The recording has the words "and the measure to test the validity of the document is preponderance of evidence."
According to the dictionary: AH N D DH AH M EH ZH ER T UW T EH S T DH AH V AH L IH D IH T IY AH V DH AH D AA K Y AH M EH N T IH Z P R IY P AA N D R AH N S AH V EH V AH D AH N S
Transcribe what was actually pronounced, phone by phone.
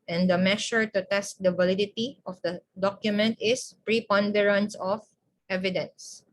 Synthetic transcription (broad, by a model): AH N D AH M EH SH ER T UW T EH S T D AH V AH L IH D IH T IY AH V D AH D AA K Y AH M EH N T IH S P R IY P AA N D R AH N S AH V EH V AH D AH N S